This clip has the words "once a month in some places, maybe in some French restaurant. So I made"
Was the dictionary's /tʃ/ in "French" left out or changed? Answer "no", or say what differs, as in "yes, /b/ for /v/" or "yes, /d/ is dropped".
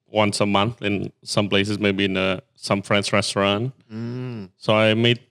yes, /s/ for /tʃ/